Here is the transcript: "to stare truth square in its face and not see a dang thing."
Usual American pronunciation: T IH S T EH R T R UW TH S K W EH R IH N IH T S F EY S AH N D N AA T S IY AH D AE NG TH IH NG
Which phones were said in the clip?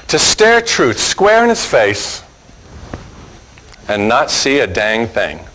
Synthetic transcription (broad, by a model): T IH S T EH R T R UW TH S K W EH R IH N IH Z F EY S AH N N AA T S IY AH D AE NG TH IH NG